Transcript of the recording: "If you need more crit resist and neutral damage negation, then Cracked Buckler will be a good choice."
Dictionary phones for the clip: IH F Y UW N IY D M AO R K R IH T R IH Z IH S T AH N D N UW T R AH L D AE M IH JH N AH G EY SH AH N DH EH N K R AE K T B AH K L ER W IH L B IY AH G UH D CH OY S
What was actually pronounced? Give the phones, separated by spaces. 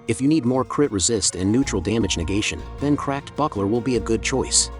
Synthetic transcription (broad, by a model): IH F Y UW N IY D M AO R K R IH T R IH Z IH S T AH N N UW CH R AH L D AE M IH JH N AH G EY SH AH N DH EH N K R AE K T B AH K L ER W IH L B IY AH G UH D CH OY S